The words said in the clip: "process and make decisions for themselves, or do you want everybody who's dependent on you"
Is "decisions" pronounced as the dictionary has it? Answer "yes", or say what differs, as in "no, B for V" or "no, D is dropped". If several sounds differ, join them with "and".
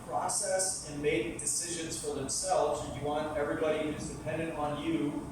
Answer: yes